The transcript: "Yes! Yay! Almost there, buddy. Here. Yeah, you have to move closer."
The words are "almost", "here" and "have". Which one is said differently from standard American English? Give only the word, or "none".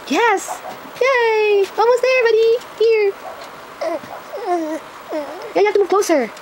have